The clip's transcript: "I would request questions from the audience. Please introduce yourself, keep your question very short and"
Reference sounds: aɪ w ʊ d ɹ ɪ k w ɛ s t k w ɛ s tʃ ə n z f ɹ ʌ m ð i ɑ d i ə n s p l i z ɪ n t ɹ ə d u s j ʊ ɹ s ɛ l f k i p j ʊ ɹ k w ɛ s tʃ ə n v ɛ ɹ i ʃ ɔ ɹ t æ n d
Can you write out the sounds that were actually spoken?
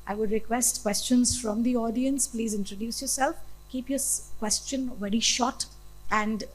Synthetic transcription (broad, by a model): aɪ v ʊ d ɹ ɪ k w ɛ s t k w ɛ s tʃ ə n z f ɹ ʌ m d i ɑ d i ə n s p l i z ɪ n t ɹ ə d u s j ʊ ɹ s ɛ l f k i p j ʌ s k w ɛ s tʃ ə n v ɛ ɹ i ʃ ɔ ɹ t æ n d